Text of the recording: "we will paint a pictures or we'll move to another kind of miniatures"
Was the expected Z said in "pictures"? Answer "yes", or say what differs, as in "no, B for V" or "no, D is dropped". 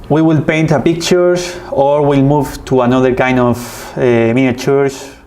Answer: no, S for Z